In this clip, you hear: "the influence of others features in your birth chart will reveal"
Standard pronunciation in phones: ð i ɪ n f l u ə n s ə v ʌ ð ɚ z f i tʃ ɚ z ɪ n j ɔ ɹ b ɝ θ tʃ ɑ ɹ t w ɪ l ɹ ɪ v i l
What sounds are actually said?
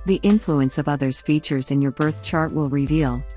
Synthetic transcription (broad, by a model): ð i ɪ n f l u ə n s ə v ʌ ð ɚ z f i tʃ ɚ z ɪ n j ɔ ɹ b ɝ θ tʃ ɑ ɹ t w ɪ l ɹ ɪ v i l